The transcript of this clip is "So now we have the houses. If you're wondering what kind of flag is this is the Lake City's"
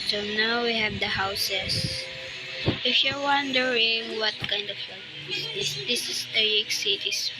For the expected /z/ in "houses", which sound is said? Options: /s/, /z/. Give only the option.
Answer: /s/